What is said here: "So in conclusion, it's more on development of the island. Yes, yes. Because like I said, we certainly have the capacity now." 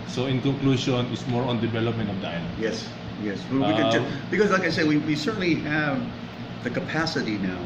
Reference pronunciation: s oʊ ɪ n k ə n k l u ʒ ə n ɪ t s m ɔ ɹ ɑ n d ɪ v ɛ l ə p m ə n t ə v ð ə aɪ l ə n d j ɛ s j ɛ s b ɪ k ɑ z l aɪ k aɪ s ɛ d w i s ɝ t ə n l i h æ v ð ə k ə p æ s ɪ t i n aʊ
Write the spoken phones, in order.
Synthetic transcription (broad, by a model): s oʊ ɪ n k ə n k l u ʃ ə n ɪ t s m ɔ ɹ ɑ n d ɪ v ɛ l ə p m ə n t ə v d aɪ n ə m j ɛ s j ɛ s b ɪ k ɑ z l aɪ k aɪ s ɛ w w i s ɝ t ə n l i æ v ð ə k ə p æ s ɪ t i n aʊ